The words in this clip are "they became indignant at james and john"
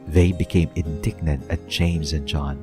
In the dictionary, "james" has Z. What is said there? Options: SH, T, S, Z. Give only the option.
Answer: Z